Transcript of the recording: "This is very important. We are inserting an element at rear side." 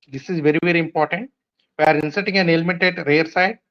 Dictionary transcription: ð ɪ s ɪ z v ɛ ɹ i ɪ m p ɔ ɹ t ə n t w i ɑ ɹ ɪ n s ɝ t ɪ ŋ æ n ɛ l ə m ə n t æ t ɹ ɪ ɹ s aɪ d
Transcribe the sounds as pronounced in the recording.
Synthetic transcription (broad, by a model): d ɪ s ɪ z v ɛ ɹ i ɪ m p ɔ ɹ t ə n t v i ɑ ɹ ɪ n s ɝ t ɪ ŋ æ n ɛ l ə m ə t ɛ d ɹ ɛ ɹ s aɪ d